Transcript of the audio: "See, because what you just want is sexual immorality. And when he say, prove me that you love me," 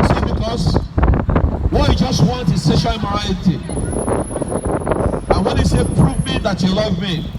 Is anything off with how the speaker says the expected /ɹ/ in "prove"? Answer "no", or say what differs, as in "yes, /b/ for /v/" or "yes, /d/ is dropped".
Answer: no